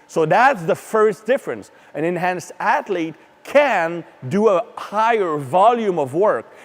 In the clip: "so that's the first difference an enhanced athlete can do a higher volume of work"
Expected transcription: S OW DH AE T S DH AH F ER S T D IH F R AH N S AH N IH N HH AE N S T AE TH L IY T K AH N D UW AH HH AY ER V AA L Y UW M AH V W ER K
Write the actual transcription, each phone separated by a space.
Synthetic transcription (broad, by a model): S OW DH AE T S DH AH F ER S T D IH F R AH N S AH N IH N HH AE N S AE T L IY T K AH N D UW AH HH AY ER V AA L Y UW M AH V W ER K